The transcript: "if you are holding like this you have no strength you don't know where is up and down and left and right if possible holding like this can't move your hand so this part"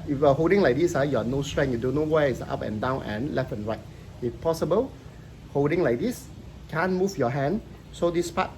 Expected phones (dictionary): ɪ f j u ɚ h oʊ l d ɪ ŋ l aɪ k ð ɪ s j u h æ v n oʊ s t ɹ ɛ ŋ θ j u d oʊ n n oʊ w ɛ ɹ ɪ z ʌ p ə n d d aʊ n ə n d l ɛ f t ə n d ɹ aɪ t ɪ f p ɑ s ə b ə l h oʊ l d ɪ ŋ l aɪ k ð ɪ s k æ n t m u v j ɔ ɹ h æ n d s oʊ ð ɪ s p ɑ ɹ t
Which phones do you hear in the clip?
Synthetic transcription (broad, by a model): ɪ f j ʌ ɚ h oʊ l d ɪ ŋ l aɪ k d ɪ s j u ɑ n oʊ s t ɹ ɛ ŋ j u d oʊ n n oʊ w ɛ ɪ s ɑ p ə n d d aʊ n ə n l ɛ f ə n ɹ aɪ t ɪ f p ɑ s ə b ə l h oʊ l d ɪ ŋ l aɪ k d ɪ s k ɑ n m u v j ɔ h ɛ n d s oʊ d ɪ s p ɑ t